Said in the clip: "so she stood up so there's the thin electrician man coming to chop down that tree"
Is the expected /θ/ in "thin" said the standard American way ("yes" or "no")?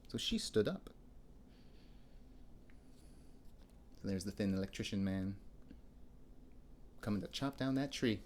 yes